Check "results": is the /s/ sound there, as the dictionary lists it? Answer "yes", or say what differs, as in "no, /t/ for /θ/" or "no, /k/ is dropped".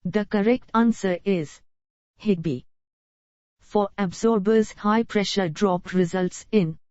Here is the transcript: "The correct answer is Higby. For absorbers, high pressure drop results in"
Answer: yes